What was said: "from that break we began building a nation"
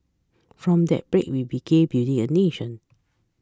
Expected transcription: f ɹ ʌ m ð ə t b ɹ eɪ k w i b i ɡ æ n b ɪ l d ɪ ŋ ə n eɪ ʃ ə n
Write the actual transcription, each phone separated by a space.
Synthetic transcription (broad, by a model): f ɹ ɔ m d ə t b ɹ eɪ k w i b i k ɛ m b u d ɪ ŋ ə n eɪ ʃ ə n